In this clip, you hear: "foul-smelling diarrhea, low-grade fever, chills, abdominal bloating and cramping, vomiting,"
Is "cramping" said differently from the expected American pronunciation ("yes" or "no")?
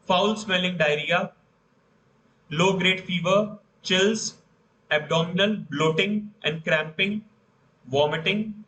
no